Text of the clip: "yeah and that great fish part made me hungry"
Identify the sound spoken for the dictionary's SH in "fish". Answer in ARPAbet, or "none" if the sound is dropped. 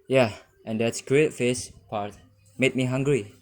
S